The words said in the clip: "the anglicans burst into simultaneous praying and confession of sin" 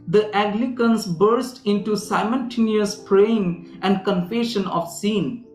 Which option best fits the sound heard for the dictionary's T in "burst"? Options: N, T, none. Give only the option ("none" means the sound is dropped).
T